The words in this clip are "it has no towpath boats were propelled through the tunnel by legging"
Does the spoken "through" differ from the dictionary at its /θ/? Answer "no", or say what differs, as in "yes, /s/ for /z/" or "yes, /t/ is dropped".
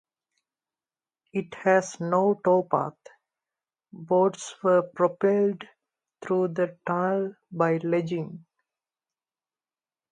yes, /t/ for /θ/